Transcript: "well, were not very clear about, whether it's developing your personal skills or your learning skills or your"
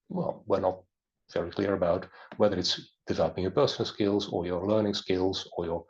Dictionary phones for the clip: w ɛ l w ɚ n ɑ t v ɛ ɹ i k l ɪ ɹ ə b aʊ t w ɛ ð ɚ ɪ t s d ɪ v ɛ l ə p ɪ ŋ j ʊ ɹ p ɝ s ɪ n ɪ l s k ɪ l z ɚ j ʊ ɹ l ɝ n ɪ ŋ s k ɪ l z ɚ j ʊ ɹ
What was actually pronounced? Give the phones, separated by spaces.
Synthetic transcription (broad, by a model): w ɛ l w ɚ n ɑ t v ɛ ɹ i k l ɪ ɹ ə b aʊ t w ɛ ð ɚ ɪ t s d ɪ v ɛ l ə p ɪ ŋ j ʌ ɹ p ɝ s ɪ n l s k ɪ l z ɚ j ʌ ɹ l ɝ n ɪ ŋ s k ɪ l z ɚ j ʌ ɹ